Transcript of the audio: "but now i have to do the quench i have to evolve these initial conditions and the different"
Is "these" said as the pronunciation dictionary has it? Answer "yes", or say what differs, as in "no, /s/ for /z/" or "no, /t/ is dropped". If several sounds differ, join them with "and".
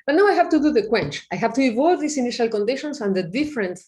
no, /s/ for /z/